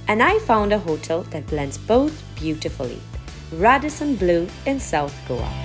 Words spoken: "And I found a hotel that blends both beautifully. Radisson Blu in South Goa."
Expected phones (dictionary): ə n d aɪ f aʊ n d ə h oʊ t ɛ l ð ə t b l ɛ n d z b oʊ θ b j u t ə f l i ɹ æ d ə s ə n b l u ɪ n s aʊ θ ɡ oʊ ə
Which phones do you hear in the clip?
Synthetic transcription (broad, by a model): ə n aɪ f aʊ n d ə h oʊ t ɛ l ð ə t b l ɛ n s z b oʊ θ b j u t ə f l i ɹ æ d ə s ə n b l u ɪ n s aʊ θ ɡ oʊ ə